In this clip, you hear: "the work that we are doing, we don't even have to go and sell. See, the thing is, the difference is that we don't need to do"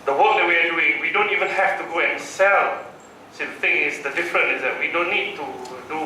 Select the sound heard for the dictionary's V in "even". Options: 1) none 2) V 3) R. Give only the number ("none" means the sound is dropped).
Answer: 2